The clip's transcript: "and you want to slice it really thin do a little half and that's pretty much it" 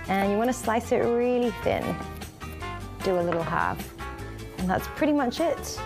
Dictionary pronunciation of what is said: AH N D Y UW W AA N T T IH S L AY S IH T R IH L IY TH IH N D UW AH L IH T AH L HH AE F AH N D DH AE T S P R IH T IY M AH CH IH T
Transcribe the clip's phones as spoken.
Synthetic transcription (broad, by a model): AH N Y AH W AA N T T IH S L AY S IH T R IH L IY TH IH N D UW AH L IH T L HH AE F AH N DH AE T S P R IH T IY M AH CH IH T